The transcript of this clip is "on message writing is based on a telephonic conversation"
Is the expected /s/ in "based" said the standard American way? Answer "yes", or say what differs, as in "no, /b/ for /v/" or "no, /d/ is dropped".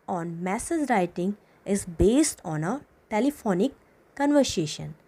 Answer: yes